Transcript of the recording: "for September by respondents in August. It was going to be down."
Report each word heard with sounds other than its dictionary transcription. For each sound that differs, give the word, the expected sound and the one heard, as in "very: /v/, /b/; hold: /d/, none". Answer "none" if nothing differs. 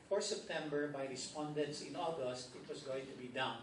was: /z/, /s/